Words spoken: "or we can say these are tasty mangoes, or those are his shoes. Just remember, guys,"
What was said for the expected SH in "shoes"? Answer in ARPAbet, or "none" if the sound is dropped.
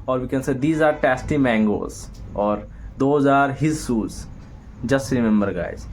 S